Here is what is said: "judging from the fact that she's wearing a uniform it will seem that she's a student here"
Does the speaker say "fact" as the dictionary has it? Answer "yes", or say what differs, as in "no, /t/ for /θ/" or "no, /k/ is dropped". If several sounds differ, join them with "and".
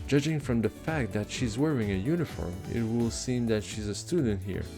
yes